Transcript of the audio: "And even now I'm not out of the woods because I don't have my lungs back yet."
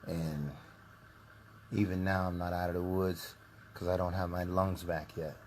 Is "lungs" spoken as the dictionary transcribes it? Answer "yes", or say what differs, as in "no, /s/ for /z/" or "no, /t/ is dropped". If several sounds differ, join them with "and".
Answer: yes